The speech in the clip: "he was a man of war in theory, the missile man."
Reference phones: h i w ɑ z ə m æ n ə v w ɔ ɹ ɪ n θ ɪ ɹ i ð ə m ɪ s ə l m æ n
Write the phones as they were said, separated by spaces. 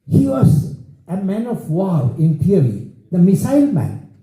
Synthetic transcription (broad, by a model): h i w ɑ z ə m æ n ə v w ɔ l ɪ n t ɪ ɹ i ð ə m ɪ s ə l m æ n